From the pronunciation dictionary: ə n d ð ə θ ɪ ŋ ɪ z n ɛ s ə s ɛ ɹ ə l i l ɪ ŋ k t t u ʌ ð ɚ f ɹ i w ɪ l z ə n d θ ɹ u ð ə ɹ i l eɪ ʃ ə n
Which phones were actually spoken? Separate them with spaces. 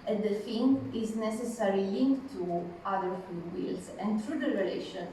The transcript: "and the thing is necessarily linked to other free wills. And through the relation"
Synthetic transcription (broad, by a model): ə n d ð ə f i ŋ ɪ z n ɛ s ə s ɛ ɹ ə l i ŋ k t t u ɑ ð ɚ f u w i l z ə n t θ ɹ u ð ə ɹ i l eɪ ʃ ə n